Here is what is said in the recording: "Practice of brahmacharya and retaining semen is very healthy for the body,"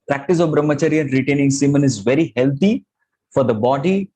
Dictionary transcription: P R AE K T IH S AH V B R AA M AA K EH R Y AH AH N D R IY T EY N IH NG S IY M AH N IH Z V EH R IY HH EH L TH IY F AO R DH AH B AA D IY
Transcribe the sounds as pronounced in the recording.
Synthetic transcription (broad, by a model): P R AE K T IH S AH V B R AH M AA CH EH R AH AH N D R IY T EY N IH NG S IY M AH N IH Z V EH R IY HH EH L T IY F AO R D AH B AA D IY